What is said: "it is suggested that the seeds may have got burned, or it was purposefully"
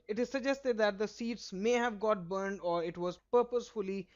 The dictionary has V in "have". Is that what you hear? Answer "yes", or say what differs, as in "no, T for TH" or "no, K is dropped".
yes